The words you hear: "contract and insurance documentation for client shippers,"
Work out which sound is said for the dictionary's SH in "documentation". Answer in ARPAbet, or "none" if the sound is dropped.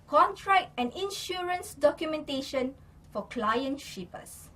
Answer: SH